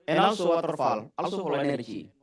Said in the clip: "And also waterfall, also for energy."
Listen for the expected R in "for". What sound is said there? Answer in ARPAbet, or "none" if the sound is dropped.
L